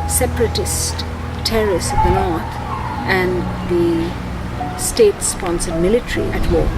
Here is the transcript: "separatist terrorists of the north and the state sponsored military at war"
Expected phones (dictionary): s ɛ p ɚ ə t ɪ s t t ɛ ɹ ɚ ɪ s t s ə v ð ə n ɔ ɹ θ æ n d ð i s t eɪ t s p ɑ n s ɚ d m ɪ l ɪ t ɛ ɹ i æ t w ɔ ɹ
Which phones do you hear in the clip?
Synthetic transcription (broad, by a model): s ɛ p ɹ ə t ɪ s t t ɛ ɹ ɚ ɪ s s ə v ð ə n ɔ ɹ t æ n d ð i s t eɪ t s p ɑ n s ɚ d m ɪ l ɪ t ɹ i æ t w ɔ